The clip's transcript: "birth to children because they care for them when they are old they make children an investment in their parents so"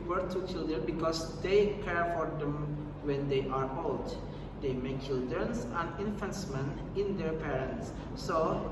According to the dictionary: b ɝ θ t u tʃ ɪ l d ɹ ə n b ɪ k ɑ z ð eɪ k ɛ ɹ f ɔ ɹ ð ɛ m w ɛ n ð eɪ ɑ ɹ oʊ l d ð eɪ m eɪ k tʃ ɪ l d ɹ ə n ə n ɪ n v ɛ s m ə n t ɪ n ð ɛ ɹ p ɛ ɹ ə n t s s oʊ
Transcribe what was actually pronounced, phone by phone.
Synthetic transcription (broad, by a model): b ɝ t u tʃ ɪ l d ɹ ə n b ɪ k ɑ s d eɪ k ɛ ɹ f ɔ ɹ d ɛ m w ɛ n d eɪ ɑ ɹ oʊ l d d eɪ m eɪ k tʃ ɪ l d ɹ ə n ə n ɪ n f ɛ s m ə n ɪ n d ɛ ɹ p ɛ ɹ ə n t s s oʊ